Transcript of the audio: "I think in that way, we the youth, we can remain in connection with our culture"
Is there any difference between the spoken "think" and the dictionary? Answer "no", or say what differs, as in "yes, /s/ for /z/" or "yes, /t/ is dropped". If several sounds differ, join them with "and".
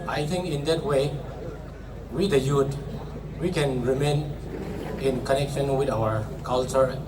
yes, /t/ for /θ/